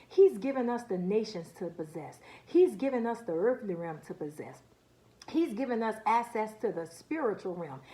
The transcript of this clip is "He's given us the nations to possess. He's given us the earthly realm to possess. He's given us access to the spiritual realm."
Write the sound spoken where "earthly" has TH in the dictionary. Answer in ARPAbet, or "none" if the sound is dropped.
TH